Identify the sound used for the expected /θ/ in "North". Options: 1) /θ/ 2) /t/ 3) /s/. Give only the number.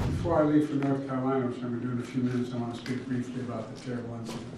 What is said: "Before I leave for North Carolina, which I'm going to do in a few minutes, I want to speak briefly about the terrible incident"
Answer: 1